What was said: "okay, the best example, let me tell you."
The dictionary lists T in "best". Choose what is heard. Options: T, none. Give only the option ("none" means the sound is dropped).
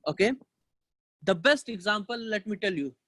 T